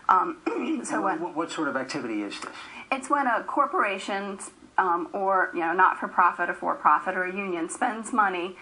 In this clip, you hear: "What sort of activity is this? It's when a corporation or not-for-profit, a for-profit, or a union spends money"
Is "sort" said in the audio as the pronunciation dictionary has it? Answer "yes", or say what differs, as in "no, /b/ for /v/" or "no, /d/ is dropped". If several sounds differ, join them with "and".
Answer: yes